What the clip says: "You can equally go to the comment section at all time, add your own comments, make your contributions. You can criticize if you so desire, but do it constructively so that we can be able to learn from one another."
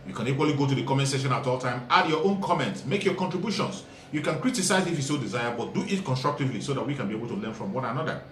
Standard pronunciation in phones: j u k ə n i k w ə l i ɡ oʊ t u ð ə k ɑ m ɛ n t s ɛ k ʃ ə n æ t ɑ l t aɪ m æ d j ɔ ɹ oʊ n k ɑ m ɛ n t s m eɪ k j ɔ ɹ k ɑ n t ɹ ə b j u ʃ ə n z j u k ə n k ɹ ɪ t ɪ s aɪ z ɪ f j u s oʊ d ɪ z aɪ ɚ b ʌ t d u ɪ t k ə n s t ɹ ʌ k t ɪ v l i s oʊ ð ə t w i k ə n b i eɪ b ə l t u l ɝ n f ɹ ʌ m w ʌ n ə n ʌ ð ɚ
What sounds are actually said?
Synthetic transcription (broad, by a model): j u k ə n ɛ k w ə l i ɡ oʊ t u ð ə k ɑ m ɛ n t s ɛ ʃ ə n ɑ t ɑ l t aɪ m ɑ d j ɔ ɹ oʊ n k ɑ m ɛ n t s m eɪ k j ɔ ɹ k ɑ n t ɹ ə b j u ʃ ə n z j u k ə n k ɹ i t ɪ s aɪ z ɪ f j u s oʊ d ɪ z aɪ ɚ b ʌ t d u ɪ t k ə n s t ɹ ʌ k t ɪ v l i s oʊ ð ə t w i k ə n b i eɪ b ə l t u l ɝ n f ɹ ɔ m w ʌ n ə n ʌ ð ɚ